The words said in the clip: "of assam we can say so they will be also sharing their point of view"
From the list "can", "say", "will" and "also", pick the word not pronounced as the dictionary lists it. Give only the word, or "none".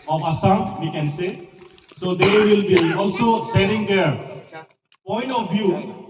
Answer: none